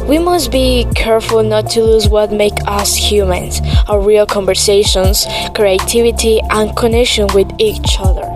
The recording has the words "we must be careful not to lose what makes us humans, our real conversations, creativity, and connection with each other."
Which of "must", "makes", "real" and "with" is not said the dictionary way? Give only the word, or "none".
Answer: makes